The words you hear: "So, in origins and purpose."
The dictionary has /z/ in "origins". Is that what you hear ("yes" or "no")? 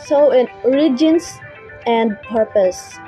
no